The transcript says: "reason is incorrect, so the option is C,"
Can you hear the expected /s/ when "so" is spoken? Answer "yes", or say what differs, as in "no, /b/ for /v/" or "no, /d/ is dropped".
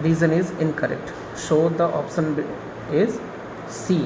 no, /ʃ/ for /s/